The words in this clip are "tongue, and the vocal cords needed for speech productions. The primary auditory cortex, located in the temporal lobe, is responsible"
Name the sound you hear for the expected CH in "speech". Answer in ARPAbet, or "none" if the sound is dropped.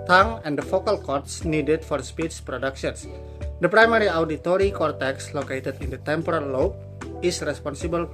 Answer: S